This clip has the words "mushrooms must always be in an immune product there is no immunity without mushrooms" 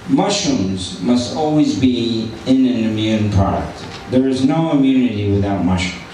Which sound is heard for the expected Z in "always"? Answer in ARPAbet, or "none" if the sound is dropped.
Z